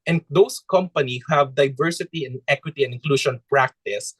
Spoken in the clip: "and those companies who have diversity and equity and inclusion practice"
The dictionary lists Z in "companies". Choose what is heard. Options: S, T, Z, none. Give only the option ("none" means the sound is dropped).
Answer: none